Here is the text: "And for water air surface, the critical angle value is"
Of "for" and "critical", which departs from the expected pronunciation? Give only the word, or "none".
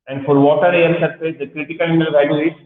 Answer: none